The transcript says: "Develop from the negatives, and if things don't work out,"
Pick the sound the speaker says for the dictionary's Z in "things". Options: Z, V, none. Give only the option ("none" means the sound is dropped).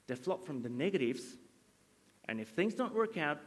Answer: Z